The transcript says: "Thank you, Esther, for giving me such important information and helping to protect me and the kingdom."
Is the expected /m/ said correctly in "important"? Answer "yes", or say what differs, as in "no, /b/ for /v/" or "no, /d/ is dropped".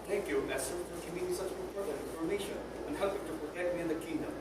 no, /m/ is dropped